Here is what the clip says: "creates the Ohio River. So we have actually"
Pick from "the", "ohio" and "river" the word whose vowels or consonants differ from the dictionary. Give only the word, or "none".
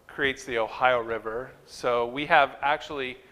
none